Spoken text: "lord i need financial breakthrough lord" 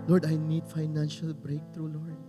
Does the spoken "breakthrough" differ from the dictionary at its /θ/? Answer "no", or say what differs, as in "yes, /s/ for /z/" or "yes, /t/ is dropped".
yes, /t/ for /θ/